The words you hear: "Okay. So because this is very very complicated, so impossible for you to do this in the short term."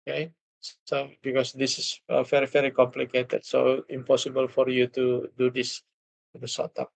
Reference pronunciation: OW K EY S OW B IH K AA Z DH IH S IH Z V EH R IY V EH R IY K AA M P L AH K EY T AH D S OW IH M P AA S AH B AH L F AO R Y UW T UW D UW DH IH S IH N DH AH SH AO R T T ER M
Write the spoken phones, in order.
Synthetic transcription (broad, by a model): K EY S OW B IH K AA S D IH S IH S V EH R IY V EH R IY K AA M P L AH K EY T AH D S OW IH M P AA S AH B AH L F AO R Y UW T UW D UW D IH S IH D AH S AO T T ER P